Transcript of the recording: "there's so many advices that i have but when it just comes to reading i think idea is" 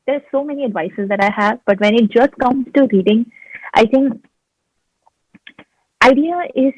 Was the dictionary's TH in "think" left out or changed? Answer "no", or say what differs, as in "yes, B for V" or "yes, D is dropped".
yes, T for TH